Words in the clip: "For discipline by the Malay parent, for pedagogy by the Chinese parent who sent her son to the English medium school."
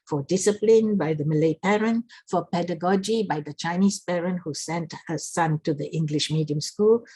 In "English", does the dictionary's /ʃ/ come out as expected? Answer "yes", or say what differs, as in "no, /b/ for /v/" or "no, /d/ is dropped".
yes